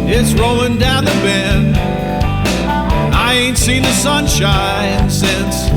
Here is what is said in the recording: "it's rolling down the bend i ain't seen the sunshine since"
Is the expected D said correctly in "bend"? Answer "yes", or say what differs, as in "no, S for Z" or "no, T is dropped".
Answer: no, D is dropped